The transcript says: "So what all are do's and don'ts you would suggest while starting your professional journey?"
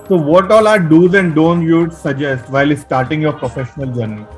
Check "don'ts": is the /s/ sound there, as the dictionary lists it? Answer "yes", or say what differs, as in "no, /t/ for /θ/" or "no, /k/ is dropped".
no, /s/ is dropped